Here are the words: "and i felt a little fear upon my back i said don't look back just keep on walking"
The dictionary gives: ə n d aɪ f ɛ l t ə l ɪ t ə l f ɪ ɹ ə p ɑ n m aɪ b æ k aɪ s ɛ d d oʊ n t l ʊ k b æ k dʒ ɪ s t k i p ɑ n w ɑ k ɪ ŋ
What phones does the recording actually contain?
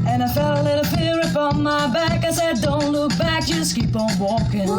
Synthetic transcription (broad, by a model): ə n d aɪ f ɛ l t ə l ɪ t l p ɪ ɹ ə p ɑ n m aɪ b æ k aɪ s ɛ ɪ d oʊ n t l ʊ k b æ k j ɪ s k i p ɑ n w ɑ k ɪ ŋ